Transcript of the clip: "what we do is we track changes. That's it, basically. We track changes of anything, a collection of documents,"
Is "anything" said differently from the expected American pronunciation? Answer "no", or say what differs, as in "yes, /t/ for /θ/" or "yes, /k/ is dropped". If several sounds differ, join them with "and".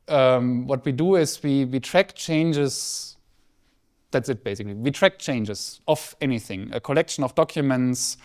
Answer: no